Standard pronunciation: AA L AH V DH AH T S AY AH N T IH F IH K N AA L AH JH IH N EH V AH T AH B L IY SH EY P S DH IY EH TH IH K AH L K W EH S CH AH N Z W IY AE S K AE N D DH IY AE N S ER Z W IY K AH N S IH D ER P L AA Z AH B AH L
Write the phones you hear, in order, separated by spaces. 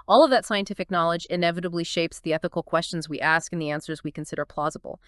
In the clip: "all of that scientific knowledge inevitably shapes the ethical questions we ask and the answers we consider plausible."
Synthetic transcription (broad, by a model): AA L AH V DH AH T S AY AH N T IH F IH K N AA L AH JH IH N EH V AH T AH B L IY SH EY P S DH IY EH TH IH K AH L K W EH S CH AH N Z W IY AE S K N DH IY AE N S ER Z W IY K AH N S IH D ER P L AA Z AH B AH L